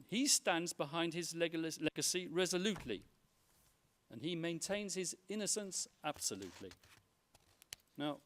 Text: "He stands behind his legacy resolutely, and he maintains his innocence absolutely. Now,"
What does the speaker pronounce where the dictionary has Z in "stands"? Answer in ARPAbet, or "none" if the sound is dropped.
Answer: Z